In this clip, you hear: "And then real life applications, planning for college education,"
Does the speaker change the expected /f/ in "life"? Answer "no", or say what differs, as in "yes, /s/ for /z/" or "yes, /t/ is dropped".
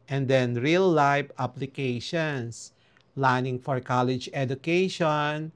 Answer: yes, /p/ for /f/